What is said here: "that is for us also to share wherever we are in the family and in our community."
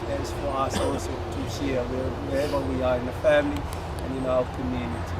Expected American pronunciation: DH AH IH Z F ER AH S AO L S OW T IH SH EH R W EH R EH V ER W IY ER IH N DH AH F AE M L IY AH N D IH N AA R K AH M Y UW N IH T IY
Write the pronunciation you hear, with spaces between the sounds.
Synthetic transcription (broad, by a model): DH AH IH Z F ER AH S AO S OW T IH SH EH W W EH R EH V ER W IY ER IH N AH F AE M L IY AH N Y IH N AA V K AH M Y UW N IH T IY